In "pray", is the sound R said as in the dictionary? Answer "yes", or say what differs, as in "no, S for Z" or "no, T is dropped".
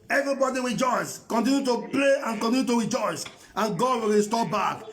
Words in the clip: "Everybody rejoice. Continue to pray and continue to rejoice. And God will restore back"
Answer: no, L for R